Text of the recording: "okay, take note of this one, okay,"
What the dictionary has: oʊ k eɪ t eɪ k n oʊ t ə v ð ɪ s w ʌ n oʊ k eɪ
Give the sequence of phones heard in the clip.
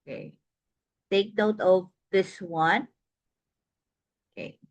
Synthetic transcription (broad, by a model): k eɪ t eɪ k n oʊ t ə v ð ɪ s w ʌ n oʊ k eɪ